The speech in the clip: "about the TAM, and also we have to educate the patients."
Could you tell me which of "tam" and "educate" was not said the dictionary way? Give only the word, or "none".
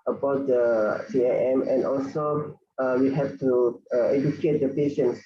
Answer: tam